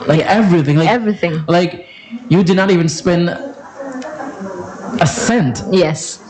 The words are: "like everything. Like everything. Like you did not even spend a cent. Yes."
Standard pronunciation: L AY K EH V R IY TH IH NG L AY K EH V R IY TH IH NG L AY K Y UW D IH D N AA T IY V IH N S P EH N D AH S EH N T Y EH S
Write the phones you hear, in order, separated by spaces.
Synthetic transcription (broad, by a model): L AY K EH V R IY TH IH NG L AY EH V R IY TH IH NG L AY K Y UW D IH D N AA T IY V IH N S P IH N AH S EH N T Y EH S